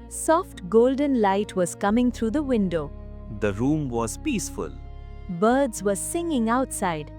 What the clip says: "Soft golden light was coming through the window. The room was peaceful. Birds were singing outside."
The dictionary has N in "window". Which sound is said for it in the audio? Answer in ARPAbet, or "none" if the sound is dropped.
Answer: N